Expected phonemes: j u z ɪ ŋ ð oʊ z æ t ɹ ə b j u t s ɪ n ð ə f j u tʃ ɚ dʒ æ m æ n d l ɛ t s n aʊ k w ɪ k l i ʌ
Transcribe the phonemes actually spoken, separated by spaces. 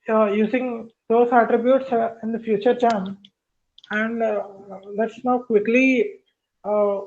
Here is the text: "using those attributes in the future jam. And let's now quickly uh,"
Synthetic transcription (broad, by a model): j u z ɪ ŋ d oʊ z æ t ɹ ə b j u t s ɪ n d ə f j u tʃ ɚ tʃ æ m æ n d l ɛ t s n aʊ k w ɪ k l i